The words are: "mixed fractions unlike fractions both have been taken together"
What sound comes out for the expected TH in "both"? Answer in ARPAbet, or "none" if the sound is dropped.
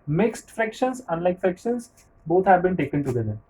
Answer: T